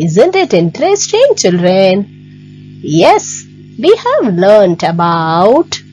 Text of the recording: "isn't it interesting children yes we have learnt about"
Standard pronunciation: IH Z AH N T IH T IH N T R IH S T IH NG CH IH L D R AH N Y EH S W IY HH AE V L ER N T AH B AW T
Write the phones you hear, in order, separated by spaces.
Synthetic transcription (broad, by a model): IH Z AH N T IH T IH N T R IH S T IH NG CH IH L D R AH N Y EH S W IY HH AE V L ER N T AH B AW T